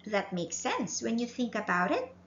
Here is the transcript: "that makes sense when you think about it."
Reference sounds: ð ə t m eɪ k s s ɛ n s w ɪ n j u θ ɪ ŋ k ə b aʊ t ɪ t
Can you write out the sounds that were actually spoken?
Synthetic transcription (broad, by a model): ð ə t m eɪ k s s ɛ n s w ɪ n j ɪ θ ɪ ŋ k ə b aʊ t ɪ t